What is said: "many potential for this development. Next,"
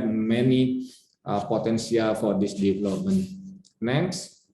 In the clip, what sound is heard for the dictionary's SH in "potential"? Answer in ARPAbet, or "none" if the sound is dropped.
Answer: S